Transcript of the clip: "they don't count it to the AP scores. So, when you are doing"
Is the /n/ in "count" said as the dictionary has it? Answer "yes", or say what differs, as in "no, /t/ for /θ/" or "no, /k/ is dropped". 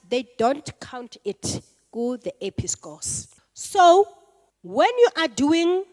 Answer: yes